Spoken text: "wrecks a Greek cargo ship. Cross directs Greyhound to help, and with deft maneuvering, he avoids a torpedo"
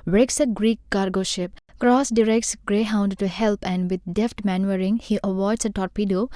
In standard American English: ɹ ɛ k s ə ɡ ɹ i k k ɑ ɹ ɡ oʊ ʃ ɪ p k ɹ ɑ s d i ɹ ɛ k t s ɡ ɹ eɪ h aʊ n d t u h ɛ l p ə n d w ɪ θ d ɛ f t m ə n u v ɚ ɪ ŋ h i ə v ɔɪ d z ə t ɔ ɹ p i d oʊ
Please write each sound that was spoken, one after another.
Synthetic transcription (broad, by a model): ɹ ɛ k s ə ɡ ɹ i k k ɑ ɹ ɡ oʊ ʃ ɪ p k ɹ ɑ s d i ɹ ɛ k t s ɡ ɹ eɪ h aʊ n d t u h ɛ l p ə n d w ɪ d d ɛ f t m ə n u ɚ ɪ ŋ h i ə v ɔɪ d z ə t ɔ ɹ p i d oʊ